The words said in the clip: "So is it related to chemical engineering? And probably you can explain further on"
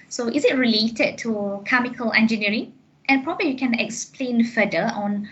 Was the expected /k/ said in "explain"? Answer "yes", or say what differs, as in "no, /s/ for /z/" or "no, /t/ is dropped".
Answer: yes